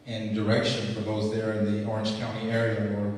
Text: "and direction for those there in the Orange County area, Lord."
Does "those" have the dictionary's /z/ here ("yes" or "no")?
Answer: yes